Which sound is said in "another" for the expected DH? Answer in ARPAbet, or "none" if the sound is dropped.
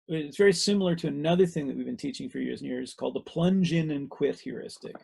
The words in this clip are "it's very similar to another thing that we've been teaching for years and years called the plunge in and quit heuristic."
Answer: DH